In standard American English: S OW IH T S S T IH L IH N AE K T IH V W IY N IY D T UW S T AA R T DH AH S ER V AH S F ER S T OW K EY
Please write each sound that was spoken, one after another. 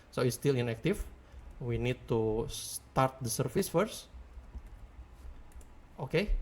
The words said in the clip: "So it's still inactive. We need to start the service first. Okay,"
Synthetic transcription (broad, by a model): S OW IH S S T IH L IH N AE K T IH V W IY N IY D T UW S T AA R T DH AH S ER F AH S F ER S T OW K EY